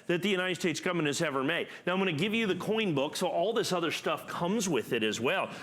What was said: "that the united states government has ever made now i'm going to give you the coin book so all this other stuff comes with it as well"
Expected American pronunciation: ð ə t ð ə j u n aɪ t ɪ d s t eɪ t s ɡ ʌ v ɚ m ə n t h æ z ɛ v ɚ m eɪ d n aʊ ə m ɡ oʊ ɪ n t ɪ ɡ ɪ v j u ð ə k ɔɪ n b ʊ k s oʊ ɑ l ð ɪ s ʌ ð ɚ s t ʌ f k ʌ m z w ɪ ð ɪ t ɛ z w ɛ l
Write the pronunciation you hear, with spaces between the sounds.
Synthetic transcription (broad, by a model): ð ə t ð ə j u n aɪ t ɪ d s t eɪ t s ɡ ʌ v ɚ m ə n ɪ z ɛ v ɚ m eɪ d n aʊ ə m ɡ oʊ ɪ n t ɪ ɡ ɪ v j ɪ ð ə k ɔɪ n b ʊ k s oʊ ɑ l ð ɪ s ʌ ð ɚ s t ʌ f k ʌ m z w ɪ ð ɪ t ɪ z w ɛ l